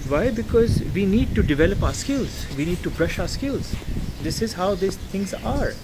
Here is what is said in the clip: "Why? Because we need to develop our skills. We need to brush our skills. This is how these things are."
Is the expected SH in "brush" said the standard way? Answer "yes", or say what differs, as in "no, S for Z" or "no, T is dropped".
yes